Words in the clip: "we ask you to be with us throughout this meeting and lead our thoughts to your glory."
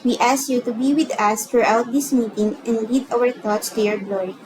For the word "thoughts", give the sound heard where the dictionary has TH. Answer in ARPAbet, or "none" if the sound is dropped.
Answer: T